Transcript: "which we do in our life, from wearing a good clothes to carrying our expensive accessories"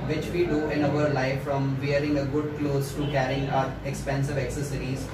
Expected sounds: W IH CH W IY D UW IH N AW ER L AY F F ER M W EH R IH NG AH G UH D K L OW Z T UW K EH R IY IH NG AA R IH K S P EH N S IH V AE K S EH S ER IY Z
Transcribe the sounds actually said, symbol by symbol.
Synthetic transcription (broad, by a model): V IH CH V IY D UW IH N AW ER L AY F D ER M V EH R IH NG AH G UH D K L OW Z T UW K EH R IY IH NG AA R IH K S P EH N S IH V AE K S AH S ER IY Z